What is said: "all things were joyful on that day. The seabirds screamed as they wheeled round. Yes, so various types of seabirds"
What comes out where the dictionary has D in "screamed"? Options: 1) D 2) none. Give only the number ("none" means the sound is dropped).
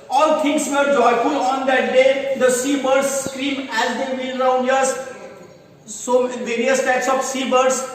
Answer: 2